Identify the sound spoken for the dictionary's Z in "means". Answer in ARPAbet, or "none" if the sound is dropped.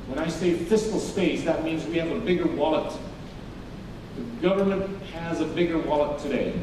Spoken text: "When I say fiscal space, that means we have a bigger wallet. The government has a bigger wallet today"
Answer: Z